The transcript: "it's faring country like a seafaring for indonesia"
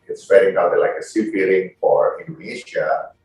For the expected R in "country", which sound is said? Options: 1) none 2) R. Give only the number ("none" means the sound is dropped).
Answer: 1